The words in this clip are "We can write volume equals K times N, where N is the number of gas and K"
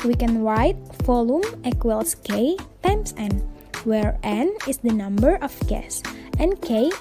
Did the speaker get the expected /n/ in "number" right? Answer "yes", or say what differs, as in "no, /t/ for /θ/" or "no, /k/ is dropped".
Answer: yes